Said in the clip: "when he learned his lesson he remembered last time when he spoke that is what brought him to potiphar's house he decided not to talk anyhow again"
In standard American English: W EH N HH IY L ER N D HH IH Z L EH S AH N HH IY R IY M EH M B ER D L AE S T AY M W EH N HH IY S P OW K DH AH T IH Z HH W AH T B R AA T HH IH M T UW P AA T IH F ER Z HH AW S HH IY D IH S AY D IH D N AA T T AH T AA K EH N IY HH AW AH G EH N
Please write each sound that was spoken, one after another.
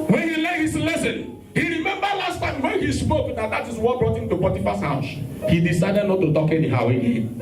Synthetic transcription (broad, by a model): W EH N HH IY L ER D HH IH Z L EH S AH N HH IY R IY M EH M B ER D L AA S T AY M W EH N HH IY S P OW K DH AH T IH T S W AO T B R AA T HH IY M T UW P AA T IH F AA S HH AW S HH IY D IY S AY D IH D N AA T T AH T AA K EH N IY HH AW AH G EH